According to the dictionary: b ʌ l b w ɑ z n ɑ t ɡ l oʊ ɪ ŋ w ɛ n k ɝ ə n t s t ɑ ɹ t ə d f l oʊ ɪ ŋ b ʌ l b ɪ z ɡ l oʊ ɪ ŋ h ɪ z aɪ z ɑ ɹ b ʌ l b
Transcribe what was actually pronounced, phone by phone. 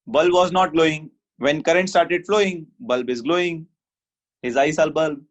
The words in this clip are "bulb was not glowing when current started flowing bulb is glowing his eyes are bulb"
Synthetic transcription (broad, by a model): b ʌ l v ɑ z n ɑ t ɡ l oʊ ɪ ŋ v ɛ n k ɝ ə n t s t ɑ ɹ t ə d f l oʊ ɪ ŋ b ʌ l b ɪ z ɡ l oʊ ɪ ŋ h ɪ z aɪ s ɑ l b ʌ l b